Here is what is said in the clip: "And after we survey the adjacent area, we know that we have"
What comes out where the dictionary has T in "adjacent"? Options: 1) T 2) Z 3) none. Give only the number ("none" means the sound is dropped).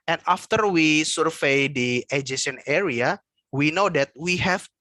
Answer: 3